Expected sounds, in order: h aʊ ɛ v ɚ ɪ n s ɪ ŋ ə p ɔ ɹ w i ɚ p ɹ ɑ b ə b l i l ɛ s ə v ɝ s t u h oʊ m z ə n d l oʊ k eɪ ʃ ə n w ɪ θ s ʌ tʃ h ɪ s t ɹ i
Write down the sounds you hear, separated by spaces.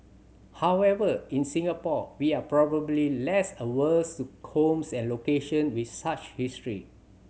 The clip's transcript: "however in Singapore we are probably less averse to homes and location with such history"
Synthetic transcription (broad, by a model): h aʊ ɛ v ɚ ɪ n s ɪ ŋ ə p ɔ w i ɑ p ɹ ɑ b ə b l i l ɛ s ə w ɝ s t u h oʊ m s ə n l oʊ k eɪ ʃ ə n w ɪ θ s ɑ tʃ h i s t ɹ i